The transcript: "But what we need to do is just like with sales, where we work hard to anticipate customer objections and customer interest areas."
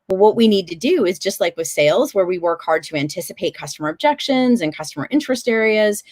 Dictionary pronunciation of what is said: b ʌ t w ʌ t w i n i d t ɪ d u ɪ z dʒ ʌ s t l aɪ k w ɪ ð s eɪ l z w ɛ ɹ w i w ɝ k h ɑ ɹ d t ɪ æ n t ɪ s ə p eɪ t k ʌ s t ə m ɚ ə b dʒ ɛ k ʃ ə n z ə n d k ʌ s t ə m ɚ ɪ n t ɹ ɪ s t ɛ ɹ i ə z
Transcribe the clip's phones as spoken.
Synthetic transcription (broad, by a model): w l w ʌ t w i n i d t ɪ d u ɪ z dʒ ʌ s t l aɪ k w ɪ ð s eɪ l z w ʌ ɹ w i w ɝ k h ɑ ɹ d t ɪ æ n t ɪ s ə p eɪ t k ʌ s t ə m ɚ ə b dʒ ɛ k ʃ ə n z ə n k ʌ s t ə m ɚ ɪ n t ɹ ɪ s t ɛ ɹ i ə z